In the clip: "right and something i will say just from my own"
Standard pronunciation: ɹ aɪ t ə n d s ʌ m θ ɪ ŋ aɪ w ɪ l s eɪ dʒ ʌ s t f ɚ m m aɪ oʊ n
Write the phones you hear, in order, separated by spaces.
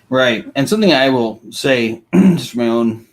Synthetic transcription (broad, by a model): ɹ aɪ t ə n s ʌ m θ ɪ ŋ aɪ w ɪ l s eɪ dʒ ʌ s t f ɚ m m aɪ oʊ n